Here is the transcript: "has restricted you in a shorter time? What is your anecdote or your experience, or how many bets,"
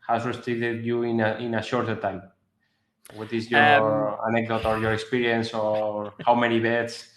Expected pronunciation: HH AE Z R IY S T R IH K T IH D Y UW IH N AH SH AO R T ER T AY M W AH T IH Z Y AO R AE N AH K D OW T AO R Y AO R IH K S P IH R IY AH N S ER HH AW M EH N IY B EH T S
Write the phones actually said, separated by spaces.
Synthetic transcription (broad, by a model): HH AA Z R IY S T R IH T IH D Y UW IH N AH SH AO R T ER T AY M W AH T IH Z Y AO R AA N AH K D OW T AO R Y AO R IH K S P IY R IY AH N S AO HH AW M EH N IY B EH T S